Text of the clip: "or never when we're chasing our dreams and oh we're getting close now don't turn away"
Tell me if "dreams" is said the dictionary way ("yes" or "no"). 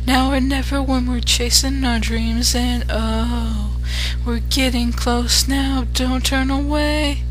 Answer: yes